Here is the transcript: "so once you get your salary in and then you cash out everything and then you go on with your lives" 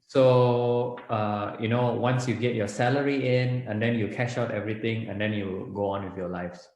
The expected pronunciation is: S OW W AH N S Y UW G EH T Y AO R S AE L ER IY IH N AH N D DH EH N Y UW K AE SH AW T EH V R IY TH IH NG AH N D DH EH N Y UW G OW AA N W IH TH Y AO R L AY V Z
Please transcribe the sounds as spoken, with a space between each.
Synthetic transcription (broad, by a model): S OW W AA N S Y UW G EH T Y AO S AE L ER IY IH N AH N D EH N Y UW K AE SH AW T EH V R IY T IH NG AH N D EH N Y UW G OW AA N W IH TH Y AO L AY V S